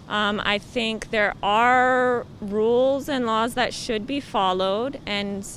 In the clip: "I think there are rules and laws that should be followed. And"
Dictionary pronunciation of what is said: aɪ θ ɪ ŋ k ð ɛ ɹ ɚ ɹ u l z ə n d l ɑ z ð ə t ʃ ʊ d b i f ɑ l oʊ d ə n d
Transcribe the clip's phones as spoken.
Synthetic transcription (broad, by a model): aɪ θ ɪ ŋ k ð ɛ ɹ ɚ ɹ u l z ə n l ɑ z ð ə t ʃ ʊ d b i f ɑ l oʊ d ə n